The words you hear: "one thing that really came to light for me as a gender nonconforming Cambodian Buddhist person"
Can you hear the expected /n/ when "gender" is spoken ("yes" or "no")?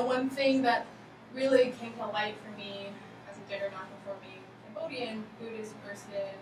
no